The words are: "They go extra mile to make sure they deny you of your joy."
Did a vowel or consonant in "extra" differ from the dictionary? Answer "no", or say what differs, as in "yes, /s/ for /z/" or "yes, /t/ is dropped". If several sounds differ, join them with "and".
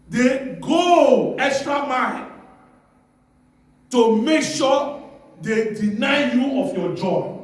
no